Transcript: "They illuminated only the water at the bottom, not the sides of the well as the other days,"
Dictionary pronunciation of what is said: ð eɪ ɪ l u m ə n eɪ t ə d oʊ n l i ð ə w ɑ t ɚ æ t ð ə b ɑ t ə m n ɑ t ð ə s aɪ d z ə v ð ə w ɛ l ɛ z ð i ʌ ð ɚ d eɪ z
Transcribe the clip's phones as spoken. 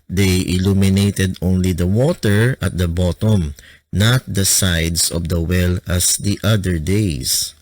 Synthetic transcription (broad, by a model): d eɪ ɪ l u m ə n eɪ t ə d oʊ n l i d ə w ɑ t ɚ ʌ t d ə b ɑ t ə m n ɑ t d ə s aɪ d s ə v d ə w ɛ l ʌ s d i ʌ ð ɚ d eɪ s